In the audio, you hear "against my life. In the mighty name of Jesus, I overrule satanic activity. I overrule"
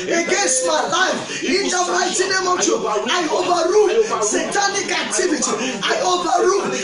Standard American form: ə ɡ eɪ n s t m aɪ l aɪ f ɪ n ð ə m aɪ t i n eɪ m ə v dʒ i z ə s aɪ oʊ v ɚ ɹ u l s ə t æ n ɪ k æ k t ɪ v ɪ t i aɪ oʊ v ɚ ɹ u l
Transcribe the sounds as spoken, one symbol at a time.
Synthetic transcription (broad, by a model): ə ɡ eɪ n s t m aɪ l aɪ f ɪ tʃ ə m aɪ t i n eɪ m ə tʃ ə aɪ oʊ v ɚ ɹ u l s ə t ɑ n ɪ k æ k t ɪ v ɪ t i aɪ oʊ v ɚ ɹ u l